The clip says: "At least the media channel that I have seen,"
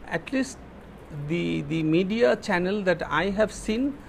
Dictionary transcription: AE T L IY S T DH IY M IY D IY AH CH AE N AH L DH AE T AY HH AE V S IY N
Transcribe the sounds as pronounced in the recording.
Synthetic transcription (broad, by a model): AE T L IY S T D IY M IY D IY AH CH AE N AH L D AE T AY HH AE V S IY N